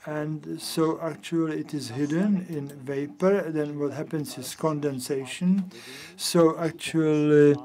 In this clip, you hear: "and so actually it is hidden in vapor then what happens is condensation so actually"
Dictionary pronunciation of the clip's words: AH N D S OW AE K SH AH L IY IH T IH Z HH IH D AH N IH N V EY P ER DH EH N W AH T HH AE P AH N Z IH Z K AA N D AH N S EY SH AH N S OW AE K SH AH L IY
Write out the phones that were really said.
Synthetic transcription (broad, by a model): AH N D S OW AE K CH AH L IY IH T IH Z HH IH D AH N IH N V EY P ER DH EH N W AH T HH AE P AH N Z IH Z K AA N D AH N S EY SH AH N S OW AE K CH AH L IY